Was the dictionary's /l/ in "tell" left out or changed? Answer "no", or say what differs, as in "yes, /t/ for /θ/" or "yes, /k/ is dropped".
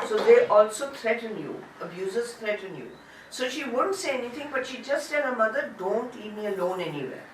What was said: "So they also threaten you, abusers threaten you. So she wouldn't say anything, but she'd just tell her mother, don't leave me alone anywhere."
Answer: yes, /n/ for /l/